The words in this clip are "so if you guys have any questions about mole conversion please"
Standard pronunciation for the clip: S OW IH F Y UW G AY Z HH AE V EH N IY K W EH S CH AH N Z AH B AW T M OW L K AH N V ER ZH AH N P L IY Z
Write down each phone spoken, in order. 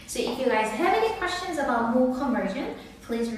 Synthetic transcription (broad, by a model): S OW IH F Y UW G AY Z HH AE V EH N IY K W EH S CH AH N Z AH B AW T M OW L K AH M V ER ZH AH N P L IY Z